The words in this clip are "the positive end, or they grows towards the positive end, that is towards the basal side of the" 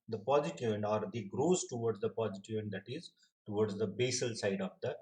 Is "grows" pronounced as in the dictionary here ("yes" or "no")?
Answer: yes